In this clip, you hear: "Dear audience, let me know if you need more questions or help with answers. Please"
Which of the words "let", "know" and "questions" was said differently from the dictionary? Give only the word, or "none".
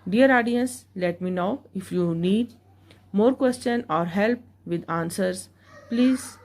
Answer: questions